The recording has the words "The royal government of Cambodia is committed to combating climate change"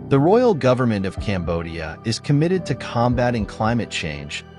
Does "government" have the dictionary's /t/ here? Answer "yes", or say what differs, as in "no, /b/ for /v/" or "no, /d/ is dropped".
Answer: yes